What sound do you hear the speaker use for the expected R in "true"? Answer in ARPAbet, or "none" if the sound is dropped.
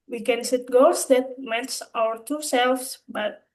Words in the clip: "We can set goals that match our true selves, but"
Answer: none